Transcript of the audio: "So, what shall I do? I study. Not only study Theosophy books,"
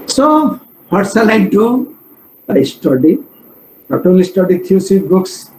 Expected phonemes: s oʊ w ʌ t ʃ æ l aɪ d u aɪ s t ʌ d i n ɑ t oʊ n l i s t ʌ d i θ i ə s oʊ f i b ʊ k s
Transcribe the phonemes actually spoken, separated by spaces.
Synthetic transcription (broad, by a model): s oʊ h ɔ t s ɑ l aɪ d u aɪ s t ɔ d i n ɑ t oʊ l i s t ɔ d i t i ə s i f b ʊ k s